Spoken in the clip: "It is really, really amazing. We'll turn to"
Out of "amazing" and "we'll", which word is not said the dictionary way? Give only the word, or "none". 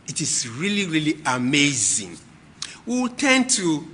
we'll